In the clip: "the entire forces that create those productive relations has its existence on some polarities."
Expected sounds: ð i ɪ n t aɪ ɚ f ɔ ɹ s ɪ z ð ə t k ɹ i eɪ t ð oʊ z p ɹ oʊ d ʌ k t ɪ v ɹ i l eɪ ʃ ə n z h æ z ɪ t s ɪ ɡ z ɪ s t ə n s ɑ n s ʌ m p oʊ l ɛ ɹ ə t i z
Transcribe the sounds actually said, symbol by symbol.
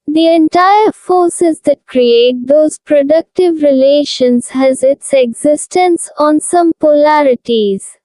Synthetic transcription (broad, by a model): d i ɪ n t aɪ ɚ f ɔ ɹ s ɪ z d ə t k ɹ i eɪ t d oʊ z p ɹ oʊ d ʌ k t ɪ v ɹ i l eɪ ʃ ə n z h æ z ɪ t s ɪ ɡ z ɪ s t ə n s ɑ n s ʌ m p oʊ l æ ɹ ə t i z